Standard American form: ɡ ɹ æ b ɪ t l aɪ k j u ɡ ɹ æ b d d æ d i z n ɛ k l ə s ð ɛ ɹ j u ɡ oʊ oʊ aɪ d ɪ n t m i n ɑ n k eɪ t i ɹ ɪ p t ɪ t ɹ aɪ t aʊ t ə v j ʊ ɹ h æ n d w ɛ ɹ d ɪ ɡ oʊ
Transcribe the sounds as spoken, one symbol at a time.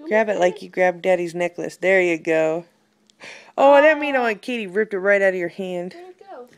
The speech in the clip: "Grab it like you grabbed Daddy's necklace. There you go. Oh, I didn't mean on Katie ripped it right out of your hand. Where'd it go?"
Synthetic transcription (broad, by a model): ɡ ɹ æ b ɪ t l aɪ k j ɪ ɡ ɹ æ b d d æ d i z n ɛ k l ə s ð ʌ ɹ j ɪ ɡ oʊ oʊ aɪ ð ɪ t m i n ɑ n k eɪ t i ɹ ɪ p t ɪ t ɹ aɪ t aʊ t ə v j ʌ ɹ h æ n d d